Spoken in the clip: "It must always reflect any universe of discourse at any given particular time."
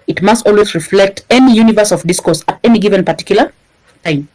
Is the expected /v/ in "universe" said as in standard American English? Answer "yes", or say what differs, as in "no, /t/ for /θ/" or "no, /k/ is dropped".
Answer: yes